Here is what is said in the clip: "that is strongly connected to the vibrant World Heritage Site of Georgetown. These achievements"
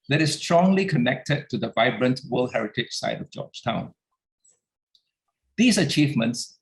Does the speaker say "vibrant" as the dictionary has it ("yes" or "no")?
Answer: yes